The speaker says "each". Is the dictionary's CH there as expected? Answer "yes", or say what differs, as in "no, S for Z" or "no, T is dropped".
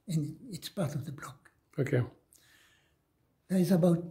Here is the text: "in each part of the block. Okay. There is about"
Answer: no, S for CH